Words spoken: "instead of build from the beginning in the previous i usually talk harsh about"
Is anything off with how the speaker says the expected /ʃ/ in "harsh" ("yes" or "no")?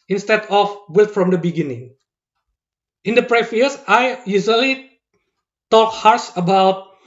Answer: yes